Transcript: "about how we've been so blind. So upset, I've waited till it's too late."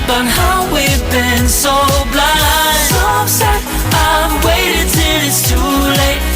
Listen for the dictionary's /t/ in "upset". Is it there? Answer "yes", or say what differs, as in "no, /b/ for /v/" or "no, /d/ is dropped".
no, /t/ is dropped